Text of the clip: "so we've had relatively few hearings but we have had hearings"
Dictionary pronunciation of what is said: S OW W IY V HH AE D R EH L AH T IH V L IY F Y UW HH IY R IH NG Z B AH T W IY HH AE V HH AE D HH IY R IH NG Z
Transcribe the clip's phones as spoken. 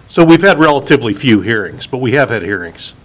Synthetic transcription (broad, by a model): S OW W IY V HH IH D R EH L AH T IH V L IY F Y UW HH IY R IH NG Z B AH T W IY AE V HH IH D HH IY R IH NG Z